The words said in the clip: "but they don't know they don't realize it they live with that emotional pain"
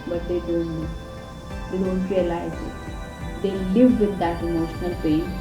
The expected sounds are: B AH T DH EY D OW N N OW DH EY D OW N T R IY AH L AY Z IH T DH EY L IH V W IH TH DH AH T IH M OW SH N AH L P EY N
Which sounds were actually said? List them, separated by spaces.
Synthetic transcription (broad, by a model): B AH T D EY D OW N L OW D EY D OW N T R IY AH L AY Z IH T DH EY L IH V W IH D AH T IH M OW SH N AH L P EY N